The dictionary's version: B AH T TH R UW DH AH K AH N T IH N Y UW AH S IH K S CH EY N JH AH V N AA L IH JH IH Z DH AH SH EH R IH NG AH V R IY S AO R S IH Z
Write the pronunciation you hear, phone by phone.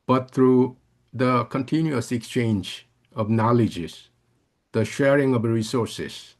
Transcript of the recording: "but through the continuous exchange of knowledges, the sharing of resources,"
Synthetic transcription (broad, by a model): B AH T T R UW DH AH K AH N T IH N Y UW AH S IH K S CH EY N JH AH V N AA L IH JH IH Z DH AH SH EH R IH NG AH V R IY S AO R S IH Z